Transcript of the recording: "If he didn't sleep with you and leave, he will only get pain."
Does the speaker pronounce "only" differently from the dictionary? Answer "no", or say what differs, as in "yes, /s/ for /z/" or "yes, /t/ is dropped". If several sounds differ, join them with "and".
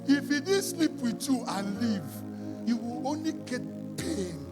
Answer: no